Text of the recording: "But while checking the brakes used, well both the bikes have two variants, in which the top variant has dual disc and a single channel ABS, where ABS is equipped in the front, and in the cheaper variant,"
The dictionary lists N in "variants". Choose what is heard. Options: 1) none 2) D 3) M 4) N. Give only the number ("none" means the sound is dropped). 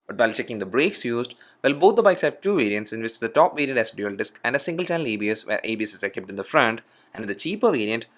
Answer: 4